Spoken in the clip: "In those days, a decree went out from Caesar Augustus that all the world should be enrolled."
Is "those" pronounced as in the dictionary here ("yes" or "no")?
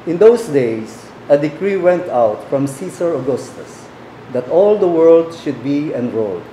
no